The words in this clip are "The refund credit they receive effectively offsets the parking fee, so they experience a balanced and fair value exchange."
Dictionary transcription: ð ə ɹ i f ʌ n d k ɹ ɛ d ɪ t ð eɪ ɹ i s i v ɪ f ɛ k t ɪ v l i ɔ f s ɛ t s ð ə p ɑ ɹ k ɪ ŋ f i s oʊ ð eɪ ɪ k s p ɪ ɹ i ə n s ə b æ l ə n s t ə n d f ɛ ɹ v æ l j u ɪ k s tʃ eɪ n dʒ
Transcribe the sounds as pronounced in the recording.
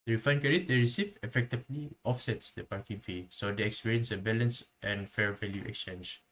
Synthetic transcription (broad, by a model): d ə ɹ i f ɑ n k ɛ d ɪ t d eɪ ɹ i s i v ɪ f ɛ k t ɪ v l i ɔ f s ɛ t s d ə p ɑ ɹ k ɪ ŋ f i s oʊ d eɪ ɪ k s p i ɹ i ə n s ə b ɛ l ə n s t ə n f ɛ ɹ v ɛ l j u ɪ k s tʃ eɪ n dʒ